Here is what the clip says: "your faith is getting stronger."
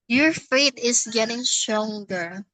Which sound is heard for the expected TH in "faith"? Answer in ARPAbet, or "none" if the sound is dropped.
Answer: T